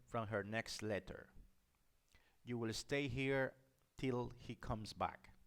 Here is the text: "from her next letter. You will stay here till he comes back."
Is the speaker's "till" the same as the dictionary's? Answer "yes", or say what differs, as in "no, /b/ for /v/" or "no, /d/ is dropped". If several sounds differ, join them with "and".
yes